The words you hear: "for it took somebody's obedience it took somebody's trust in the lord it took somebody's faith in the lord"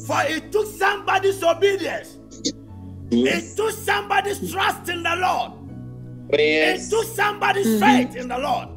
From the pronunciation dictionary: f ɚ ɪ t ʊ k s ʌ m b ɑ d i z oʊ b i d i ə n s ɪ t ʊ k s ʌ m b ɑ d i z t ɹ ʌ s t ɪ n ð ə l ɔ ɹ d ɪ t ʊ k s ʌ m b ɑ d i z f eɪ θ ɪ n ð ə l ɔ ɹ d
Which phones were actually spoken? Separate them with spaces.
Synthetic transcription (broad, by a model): f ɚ ɪ t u k s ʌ m b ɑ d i s oʊ b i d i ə n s ɪ t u k s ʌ m b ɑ d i s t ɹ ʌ s t ɪ n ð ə l ɔ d ɪ t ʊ k s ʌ m b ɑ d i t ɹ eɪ t ɪ n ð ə l ɔ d